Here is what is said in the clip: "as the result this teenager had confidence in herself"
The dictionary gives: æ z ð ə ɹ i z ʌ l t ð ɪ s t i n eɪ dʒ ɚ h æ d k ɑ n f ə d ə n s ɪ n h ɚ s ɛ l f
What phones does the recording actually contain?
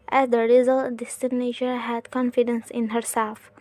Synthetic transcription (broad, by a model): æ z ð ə ɹ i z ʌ l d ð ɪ s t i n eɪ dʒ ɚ h æ d k ɑ n f ə d ə n s ɪ n h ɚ s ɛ l f